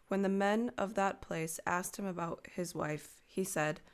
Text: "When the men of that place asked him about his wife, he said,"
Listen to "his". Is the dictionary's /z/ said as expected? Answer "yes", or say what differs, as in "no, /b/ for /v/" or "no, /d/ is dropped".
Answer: yes